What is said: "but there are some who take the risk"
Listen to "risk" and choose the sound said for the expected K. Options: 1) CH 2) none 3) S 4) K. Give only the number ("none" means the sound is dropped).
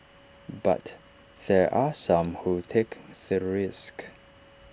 4